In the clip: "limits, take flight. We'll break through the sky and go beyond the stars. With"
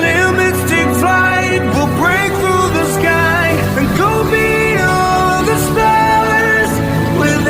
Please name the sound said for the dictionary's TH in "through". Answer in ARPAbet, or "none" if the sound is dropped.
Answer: TH